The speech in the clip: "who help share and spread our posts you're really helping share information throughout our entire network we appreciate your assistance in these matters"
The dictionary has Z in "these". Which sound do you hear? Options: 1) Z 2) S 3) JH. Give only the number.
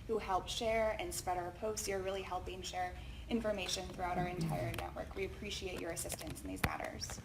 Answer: 1